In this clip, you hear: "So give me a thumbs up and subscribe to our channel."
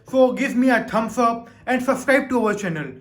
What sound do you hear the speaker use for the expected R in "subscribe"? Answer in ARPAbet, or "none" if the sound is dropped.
none